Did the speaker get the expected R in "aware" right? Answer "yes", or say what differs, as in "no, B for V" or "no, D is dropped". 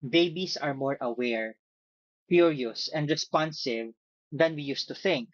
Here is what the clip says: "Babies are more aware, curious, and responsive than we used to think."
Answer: yes